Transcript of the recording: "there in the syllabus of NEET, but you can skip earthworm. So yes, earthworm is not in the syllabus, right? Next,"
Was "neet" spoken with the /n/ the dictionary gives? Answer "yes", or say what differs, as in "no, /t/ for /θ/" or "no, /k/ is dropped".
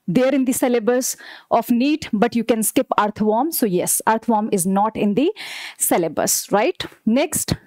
yes